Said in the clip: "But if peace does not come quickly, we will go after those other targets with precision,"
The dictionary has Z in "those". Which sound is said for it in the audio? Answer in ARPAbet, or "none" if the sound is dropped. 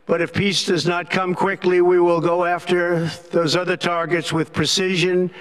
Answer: Z